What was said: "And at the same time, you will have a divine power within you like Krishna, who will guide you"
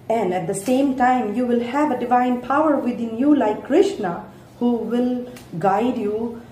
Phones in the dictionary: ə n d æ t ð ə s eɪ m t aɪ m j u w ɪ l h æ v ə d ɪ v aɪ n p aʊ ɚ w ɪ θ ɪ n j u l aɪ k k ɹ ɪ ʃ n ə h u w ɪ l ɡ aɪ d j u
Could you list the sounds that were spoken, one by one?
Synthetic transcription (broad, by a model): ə n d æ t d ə s eɪ m t aɪ m j u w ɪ l h æ v ə d ɪ v aɪ n p aʊ ɚ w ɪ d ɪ n j u l aɪ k k ɹ ɪ ʃ n ə h u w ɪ l ɡ aɪ d j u